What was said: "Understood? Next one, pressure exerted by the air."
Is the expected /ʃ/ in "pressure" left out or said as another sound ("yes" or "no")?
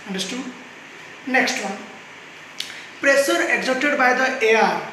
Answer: yes